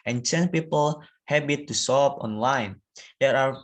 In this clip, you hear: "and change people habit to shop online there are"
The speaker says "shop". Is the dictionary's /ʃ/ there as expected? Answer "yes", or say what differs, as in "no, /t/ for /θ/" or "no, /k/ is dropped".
no, /s/ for /ʃ/